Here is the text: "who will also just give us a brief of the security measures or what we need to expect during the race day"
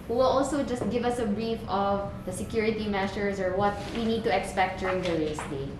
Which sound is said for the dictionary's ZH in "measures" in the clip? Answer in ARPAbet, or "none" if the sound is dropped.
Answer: SH